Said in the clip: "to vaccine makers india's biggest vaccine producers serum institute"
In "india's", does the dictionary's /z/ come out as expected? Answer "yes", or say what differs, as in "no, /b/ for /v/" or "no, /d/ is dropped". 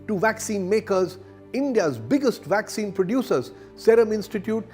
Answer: yes